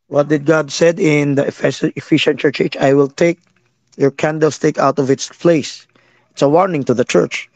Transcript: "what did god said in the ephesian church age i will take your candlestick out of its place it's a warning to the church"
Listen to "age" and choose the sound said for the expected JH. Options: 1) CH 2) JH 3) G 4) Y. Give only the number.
1